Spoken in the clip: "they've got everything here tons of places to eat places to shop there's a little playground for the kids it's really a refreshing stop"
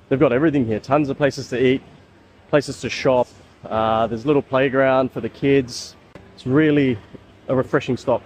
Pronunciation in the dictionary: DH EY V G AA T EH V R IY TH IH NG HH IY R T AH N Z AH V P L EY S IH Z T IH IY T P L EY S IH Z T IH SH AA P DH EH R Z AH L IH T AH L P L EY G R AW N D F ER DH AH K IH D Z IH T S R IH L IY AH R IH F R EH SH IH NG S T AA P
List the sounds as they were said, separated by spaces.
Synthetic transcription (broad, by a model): DH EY V G AA T EH V R IY TH IH NG HH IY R T AH N Z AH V P L EY S IH Z T IH IY T P L EY S IH Z T IH SH AA P DH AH R Z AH L IH T L P L EY G R AW N D F ER DH AH K IH D Z IH T S R IH L IY AH R IH F R EH SH IH NG S T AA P